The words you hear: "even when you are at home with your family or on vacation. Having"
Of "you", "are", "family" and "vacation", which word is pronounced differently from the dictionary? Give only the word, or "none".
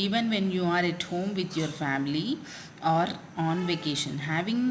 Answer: none